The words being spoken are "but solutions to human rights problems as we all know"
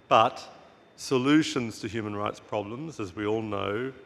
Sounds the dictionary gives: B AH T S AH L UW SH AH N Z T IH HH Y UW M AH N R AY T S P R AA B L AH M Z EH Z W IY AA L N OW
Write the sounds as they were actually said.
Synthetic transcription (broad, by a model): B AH T S AH L UW SH AH N Z T IH HH Y UW M AH N R AY T S P R AA B L AH M Z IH Z W IY AA L N OW